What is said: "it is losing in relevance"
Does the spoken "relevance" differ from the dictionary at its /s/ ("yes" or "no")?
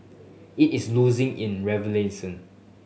yes